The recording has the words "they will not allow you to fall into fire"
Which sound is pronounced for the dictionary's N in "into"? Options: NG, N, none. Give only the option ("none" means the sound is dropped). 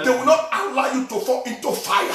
N